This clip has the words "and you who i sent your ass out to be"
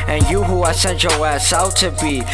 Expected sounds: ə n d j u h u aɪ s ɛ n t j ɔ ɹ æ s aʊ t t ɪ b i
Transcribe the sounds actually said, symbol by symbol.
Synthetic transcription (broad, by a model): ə n j u h u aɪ s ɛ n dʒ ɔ w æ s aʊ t t ɪ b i